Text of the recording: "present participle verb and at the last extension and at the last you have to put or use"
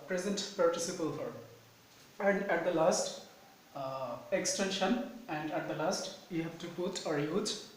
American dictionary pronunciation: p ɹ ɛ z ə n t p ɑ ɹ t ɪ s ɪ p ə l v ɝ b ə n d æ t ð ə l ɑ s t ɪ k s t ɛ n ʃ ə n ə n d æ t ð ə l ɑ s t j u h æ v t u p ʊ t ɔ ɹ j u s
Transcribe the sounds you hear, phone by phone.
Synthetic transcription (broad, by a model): p ɹ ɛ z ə n t p ɑ ɹ t ɪ s ɪ p ə l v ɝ ə n d æ t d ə l ɑ s t ɪ k s t ɛ n ʃ ə n ə n d æ t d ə l ɑ s t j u h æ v t u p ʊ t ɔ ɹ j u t